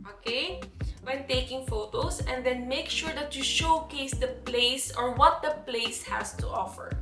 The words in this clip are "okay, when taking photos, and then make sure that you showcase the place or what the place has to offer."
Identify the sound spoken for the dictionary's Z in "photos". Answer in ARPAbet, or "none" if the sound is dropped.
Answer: S